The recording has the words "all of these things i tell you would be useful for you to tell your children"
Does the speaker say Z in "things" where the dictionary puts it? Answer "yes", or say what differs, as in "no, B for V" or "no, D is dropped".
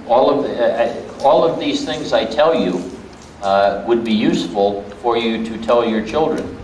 yes